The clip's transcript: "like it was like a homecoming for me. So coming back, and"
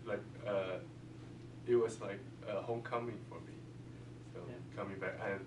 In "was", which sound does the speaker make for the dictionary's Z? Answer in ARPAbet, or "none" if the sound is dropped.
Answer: S